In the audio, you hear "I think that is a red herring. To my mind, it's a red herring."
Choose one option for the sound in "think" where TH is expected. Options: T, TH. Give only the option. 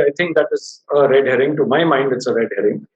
T